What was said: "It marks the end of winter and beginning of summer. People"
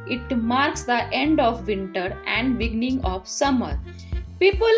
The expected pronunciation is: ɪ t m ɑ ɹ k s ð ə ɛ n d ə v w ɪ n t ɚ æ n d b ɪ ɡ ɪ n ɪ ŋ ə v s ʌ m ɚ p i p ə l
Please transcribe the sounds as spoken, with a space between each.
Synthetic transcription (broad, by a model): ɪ t m ɑ ɹ k s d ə ɛ n d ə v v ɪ n t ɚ æ n d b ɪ ɡ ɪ n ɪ ŋ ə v s ʌ m ɚ p i p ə l